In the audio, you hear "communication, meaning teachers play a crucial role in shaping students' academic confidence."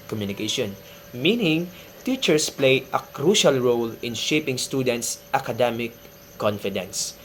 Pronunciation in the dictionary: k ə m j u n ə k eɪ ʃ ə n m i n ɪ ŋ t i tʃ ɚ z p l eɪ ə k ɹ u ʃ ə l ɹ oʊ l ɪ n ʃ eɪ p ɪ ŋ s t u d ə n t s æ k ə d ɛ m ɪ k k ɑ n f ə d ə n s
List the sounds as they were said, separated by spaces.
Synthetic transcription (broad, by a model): k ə m j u n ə k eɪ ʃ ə n m i n ɪ ŋ t i tʃ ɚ s p l eɪ ə k ɹ u ʃ ə l ɹ oʊ l ɪ n ʃ eɪ p ɪ ŋ s t u d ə n t s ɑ k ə d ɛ m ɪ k k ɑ n f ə d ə n s